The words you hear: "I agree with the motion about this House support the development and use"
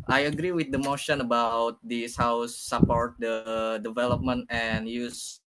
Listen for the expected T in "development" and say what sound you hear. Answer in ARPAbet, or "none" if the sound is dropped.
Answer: T